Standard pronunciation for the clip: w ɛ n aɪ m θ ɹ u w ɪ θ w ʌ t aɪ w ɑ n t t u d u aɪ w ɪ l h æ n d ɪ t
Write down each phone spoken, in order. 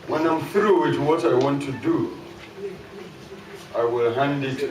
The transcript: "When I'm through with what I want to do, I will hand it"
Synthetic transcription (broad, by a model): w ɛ n aɪ m f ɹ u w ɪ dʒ w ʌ t aɪ w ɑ n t t u d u aɪ w ɪ l h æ n d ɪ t